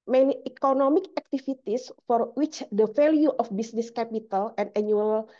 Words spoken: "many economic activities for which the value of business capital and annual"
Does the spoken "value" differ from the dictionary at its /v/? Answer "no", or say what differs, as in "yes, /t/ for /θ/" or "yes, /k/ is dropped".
yes, /f/ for /v/